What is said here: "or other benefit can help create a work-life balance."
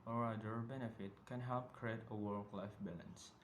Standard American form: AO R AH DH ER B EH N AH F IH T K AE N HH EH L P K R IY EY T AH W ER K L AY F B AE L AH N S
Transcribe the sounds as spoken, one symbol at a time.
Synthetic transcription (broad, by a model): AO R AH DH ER B EH N AH F IH T K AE N HH EH L P K R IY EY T AH W ER K L AY F B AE L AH N S